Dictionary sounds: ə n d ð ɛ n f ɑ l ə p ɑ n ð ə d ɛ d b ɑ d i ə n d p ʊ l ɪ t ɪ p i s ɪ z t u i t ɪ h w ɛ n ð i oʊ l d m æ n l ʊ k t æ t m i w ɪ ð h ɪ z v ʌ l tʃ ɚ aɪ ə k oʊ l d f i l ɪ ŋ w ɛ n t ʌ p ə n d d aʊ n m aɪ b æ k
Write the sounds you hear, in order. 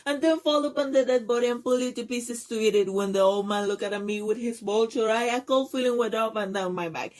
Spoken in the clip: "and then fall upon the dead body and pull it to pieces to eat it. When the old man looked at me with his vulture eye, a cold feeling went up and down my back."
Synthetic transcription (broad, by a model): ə n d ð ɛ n f ɑ l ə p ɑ n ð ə d ɛ d b ɑ d i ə n p ʊ l ɪ t ɪ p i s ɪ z t u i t ɪ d w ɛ n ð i oʊ l d m æ n l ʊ k æ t m i w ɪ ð h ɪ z b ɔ l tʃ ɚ aɪ ə k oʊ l f i l ɪ ŋ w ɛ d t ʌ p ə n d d aʊ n m aɪ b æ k